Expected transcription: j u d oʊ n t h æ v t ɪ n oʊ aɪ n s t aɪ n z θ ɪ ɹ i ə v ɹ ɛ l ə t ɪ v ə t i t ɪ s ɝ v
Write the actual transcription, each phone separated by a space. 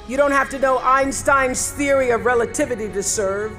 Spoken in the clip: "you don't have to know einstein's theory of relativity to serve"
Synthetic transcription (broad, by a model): j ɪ d oʊ n t h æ f t ɪ n oʊ aɪ n s t aɪ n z θ ɪ ɹ i ə v ɹ ɛ l ə t ɪ v ə t i t ɪ s ɝ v